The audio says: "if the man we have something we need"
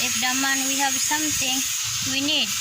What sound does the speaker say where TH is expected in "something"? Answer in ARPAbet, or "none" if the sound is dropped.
T